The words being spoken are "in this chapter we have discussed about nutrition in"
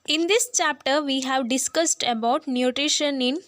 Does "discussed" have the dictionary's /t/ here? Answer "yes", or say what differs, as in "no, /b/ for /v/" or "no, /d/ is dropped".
yes